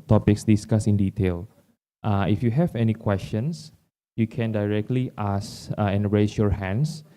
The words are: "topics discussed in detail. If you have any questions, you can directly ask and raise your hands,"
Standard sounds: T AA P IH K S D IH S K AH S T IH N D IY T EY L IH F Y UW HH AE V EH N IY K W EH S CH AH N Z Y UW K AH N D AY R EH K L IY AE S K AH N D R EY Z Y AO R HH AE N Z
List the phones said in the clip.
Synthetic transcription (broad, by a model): T AA P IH K S D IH S K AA S IH N D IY T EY L IH F Y UW HH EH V EH N IY K W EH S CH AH N S Y UW K AH N D AY R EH K L IY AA S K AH N R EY S Y AO R HH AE N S